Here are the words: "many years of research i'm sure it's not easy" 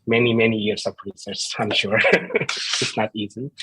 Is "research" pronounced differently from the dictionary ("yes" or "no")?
yes